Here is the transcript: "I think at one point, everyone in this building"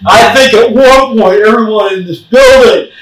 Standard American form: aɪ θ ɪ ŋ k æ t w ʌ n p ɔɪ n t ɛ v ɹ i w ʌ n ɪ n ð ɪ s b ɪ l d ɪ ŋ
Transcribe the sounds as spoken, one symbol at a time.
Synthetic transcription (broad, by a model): aɪ θ ɪ ŋ k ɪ t w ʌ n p ɔɪ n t ɛ v ɹ i w ʌ n ɪ n ð ɪ s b ɪ l d ɪ ŋ